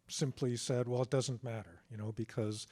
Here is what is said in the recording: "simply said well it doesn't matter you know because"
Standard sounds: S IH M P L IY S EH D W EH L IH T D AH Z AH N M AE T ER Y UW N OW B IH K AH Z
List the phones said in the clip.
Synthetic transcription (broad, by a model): S IH M P L IY S EH D W EH L IH T D AH Z AH N M AE T ER Y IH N OW B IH K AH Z